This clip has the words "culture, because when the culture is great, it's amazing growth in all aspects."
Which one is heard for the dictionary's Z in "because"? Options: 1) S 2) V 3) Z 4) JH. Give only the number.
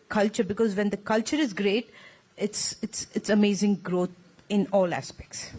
3